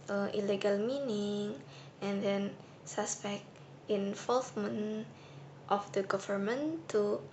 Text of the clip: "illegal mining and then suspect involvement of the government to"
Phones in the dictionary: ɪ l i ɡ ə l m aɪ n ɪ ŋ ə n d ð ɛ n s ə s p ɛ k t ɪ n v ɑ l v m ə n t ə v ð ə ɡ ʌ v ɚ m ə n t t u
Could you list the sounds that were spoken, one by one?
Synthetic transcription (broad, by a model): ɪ l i ɡ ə l m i n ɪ ŋ ə n d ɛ n s ə s p ɛ k t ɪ n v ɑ l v m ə n t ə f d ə ɡ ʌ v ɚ m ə n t t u